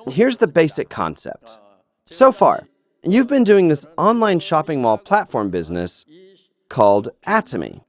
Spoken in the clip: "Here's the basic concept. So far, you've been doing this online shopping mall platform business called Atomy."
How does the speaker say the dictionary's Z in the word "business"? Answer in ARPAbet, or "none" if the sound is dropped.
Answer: Z